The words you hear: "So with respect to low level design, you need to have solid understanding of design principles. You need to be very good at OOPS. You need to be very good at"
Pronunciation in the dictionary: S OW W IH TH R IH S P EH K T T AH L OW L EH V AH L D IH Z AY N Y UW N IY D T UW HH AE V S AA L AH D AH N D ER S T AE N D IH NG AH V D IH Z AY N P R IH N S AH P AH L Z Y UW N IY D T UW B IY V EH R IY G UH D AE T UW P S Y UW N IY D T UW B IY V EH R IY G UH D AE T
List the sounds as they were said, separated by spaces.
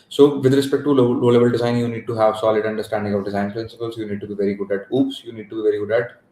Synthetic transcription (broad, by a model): S OW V IH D R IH S P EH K T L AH L OW L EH B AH L D IH Z AY N Y UW N IY D T UW HH AE V S AA L AH D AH N D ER S T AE N D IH NG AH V D IH Z AY N P R IH N S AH P AH L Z Y UW N IY D T UW B IY V EH R IY G UH D AE T UW P S Y UW N IY D T UW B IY V EH R IY G UH D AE T